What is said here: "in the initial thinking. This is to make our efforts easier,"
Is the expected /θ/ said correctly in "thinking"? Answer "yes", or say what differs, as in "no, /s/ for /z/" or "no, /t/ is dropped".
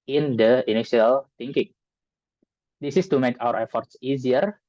no, /t/ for /θ/